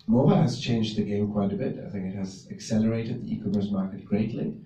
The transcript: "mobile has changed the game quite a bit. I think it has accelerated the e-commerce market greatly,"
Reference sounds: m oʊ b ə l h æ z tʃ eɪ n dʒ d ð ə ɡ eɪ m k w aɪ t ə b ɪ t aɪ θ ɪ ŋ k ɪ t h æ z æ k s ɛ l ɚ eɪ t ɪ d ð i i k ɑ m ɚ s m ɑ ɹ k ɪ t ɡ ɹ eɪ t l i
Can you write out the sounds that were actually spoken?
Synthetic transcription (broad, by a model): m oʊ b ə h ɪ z tʃ eɪ n dʒ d ð ə ɡ eɪ m k w aɪ t ə b ɪ t aɪ θ ɪ ŋ k ɪ t h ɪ z æ k s ɛ l ɚ eɪ t ɪ d ð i i k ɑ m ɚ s m ɑ ɹ k ɪ t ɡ ɹ eɪ t l i